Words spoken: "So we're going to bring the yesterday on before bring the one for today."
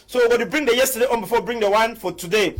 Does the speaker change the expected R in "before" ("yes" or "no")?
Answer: yes